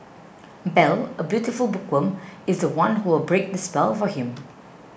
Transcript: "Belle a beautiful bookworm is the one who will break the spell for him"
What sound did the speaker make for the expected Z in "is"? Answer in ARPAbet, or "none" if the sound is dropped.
Z